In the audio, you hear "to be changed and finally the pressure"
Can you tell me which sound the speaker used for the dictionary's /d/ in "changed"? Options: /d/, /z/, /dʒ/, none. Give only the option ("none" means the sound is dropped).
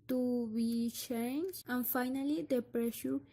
none